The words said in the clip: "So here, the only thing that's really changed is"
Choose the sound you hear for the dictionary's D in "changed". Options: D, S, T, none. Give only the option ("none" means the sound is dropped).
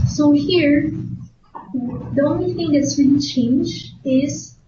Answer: none